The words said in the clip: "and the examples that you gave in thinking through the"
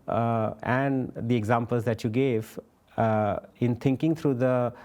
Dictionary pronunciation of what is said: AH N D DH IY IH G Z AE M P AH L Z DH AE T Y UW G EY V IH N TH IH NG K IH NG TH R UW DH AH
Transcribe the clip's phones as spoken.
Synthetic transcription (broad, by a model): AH N D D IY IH G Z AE M P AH L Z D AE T Y UW G EY V IH N T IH NG K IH NG T R UW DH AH